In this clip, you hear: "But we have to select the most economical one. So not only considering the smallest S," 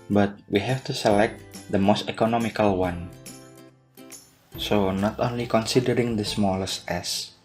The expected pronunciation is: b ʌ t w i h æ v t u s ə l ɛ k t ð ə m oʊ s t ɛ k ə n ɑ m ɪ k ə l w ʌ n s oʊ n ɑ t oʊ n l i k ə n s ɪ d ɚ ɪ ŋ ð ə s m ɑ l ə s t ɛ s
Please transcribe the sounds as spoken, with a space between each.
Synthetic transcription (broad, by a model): b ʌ t w i h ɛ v t u s ə l ɛ k t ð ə m oʊ s t ɛ k ə n ɑ m ɪ k ə l w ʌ n s oʊ n ɑ t oʊ n l i k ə n s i d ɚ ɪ ŋ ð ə s m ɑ l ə s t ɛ s